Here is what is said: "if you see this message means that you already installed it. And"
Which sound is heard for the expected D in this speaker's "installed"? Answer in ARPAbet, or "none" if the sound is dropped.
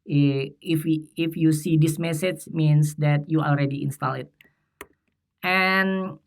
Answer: none